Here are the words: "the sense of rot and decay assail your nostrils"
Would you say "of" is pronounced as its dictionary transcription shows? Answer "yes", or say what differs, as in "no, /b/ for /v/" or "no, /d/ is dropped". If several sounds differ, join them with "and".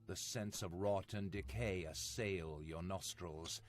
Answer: yes